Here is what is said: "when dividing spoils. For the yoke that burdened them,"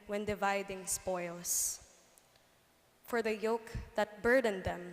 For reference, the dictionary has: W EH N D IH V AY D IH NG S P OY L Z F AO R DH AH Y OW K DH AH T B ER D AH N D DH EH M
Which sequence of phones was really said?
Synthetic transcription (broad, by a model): W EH N D IH V AY D IH NG S P OY L S F AO R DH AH Y OW K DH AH T B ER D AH N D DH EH M